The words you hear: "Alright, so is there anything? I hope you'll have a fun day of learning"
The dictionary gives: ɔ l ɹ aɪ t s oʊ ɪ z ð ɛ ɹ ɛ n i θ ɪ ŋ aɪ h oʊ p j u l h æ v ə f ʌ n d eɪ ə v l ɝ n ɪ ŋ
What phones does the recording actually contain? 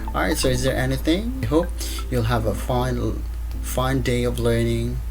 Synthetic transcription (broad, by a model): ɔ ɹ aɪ t s oʊ ɪ z ð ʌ ɹ ɛ n i θ ɪ ŋ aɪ h oʊ p j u l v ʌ f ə f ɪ n d eɪ ə v l ɝ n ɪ ŋ